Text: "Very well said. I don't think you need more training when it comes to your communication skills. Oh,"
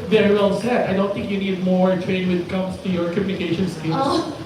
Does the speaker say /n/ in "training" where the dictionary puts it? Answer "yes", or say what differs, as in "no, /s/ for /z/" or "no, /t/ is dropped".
no, /n/ is dropped